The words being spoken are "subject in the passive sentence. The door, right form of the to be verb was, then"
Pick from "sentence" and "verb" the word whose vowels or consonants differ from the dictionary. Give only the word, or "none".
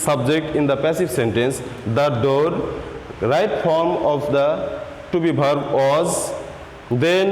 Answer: verb